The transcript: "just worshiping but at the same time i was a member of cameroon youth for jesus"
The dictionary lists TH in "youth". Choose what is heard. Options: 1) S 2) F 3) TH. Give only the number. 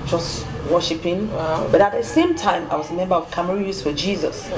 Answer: 1